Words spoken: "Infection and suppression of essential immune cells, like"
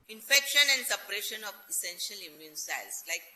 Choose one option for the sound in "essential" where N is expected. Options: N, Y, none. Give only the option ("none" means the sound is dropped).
N